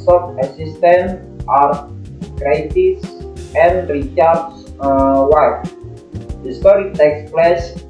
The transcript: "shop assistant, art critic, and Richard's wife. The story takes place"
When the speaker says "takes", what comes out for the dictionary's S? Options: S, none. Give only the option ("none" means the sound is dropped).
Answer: S